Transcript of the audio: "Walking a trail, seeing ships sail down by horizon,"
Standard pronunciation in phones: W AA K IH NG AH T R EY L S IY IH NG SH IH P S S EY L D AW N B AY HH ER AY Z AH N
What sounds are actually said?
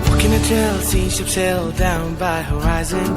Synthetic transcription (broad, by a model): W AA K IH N AH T EY L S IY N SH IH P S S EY L D AW N B AY HH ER AY Z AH N